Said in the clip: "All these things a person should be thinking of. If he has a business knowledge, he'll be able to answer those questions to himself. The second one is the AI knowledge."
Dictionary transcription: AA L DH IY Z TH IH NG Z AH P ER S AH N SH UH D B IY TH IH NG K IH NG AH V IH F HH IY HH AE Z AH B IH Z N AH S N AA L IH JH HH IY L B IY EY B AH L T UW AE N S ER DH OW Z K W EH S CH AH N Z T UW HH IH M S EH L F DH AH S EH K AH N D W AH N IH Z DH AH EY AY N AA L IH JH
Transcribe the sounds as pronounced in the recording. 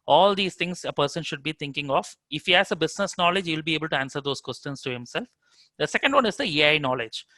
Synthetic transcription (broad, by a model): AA L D IY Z T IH NG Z AH P ER S AH N SH UH D B IY T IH NG K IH NG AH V IH F HH IY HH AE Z AH B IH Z N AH S N AA L IH JH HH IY L B IY EY B AH L T UW AE N S ER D OW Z K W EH S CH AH N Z T UW HH IH M S EH L F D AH S EH K AH N D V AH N IH Z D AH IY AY N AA L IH JH